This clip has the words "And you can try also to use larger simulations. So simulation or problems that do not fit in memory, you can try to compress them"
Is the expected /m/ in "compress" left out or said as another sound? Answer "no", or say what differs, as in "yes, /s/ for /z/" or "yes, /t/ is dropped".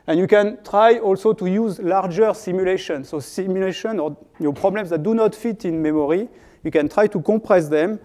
yes, /m/ is dropped